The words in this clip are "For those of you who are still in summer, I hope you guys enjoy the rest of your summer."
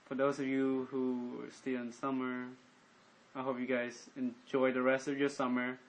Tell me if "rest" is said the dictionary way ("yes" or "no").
yes